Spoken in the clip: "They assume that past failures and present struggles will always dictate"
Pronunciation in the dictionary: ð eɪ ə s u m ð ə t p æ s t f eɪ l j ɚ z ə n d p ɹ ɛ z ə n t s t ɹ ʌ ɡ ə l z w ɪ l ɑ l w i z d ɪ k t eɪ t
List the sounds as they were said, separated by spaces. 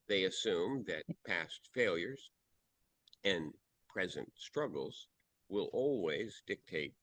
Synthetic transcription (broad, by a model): ð eɪ ə s u m ð ə t p æ s t f eɪ l j ɚ z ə n p ɹ ɛ z ə n t s t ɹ ʌ ɡ l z w ɪ l ɑ l w i z d ɪ k t eɪ t